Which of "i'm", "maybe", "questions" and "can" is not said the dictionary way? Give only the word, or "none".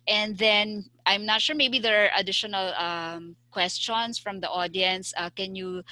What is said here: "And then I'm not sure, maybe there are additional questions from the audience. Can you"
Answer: questions